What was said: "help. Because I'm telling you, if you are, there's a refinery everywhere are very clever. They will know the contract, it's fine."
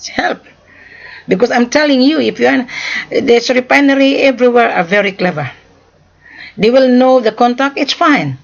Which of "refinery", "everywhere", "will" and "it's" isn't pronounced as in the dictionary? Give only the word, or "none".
refinery